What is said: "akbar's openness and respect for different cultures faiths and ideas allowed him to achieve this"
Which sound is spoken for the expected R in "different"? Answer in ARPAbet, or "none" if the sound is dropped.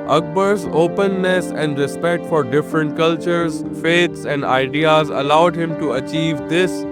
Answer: R